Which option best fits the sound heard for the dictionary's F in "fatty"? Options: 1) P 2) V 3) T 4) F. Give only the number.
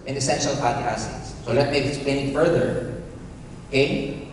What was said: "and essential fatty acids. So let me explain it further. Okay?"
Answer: 1